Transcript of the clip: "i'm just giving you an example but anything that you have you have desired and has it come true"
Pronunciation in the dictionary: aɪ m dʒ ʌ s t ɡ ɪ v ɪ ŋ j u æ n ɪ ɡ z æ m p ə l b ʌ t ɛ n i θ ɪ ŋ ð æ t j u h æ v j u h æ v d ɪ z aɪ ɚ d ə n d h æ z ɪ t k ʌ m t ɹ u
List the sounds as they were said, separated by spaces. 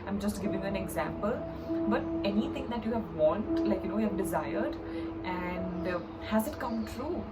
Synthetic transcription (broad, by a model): aɪ m dʒ ʌ s t ɡ ɪ v ɪ ŋ j u æ n ɪ ɡ z æ m p ə l b ʌ t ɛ n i t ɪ ŋ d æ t j u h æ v j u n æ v d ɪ z aɪ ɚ d ə n d h æ z ɪ t k ʌ m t ɹ u